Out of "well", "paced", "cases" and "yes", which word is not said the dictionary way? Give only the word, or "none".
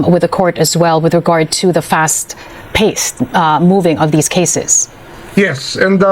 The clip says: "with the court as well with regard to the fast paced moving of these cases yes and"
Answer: none